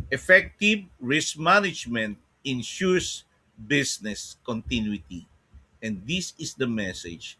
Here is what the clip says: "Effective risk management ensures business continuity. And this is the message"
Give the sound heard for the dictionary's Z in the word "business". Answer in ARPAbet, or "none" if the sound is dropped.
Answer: S